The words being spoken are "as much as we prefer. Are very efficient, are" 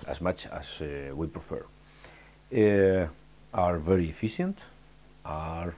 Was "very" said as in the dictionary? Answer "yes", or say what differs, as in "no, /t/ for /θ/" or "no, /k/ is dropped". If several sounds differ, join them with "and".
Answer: yes